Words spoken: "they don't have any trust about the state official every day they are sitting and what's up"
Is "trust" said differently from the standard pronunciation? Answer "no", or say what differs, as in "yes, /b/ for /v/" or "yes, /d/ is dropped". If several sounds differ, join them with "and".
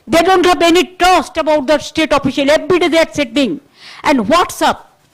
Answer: yes, /ɹ/ is dropped